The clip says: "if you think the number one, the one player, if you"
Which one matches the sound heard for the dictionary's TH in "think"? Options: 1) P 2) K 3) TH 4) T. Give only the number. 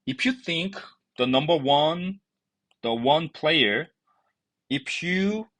3